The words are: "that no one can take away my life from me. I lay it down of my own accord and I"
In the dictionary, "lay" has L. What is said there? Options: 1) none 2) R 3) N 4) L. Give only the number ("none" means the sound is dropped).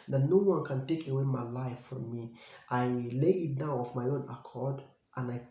4